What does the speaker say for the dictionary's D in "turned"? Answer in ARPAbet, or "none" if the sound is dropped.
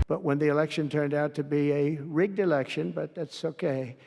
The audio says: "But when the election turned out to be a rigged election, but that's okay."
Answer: D